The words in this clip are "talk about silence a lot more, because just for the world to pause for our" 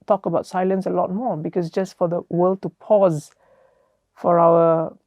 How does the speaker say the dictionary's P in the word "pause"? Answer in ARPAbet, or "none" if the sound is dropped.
P